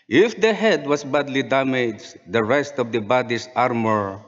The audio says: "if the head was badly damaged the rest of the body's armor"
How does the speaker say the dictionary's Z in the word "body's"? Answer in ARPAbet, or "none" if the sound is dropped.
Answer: S